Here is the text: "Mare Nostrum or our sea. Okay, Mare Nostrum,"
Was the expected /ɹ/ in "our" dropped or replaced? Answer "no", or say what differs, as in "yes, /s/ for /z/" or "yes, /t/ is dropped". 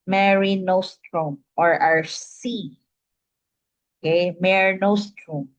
no